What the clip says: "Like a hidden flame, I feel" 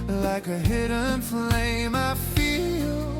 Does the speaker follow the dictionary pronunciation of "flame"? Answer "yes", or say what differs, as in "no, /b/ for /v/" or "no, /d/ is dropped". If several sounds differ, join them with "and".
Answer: yes